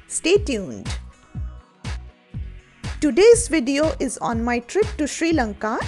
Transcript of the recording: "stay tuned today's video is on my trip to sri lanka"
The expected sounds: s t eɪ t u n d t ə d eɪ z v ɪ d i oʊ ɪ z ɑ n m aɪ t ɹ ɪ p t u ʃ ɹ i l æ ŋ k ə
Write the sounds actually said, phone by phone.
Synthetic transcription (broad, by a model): s t eɪ t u n d t ə d eɪ z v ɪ d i oʊ ɪ z ɑ n m aɪ t ɹ ɪ p t u ʃ ɹ i l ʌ ŋ k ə